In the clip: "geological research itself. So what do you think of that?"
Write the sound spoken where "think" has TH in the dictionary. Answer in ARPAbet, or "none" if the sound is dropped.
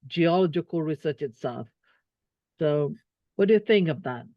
TH